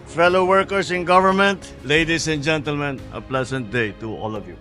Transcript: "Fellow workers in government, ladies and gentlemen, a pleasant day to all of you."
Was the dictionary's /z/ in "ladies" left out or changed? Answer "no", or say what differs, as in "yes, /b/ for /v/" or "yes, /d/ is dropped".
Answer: yes, /s/ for /z/